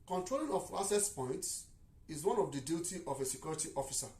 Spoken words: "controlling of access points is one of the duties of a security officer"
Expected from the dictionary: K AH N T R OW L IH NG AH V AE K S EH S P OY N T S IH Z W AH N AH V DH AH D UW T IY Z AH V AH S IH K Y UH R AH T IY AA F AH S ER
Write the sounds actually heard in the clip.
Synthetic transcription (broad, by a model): K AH N T R OW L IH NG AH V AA S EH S P OY N T S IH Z W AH N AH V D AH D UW T IY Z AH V AH S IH K Y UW R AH T IY AA F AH S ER